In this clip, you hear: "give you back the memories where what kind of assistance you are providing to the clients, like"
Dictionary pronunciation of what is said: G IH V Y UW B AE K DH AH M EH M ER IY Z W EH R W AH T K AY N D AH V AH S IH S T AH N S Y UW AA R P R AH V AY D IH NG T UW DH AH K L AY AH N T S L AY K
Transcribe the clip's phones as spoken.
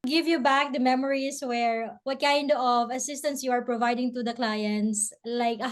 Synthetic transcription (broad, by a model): G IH V Y UW B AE K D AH M EH M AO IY S W EH R W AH T K AY N D AH V AH S IH S T AH N S Y UW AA R P R AH V AY D IH NG T UW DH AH K L AY AH N T S L AY K